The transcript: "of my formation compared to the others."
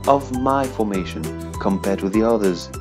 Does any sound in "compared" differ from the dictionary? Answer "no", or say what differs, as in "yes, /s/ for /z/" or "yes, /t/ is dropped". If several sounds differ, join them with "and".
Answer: no